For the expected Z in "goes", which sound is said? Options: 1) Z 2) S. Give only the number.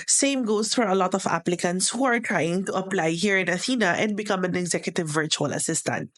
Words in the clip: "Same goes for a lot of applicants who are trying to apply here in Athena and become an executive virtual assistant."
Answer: 2